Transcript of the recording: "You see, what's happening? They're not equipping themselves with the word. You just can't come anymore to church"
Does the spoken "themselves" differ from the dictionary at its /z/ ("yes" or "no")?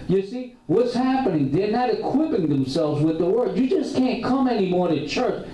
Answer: no